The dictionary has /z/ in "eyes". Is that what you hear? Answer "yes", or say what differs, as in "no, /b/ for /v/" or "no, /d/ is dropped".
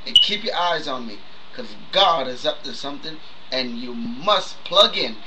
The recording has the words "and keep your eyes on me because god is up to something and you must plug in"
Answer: yes